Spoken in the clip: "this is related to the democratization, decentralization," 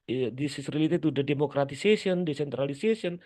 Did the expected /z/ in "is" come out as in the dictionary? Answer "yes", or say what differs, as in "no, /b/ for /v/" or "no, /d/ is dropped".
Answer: no, /s/ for /z/